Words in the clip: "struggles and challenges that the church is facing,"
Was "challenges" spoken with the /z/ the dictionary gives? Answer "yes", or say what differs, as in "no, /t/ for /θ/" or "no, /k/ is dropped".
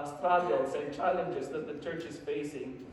yes